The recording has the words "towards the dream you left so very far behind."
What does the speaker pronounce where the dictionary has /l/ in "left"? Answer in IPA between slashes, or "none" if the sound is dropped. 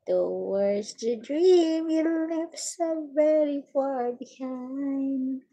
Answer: /n/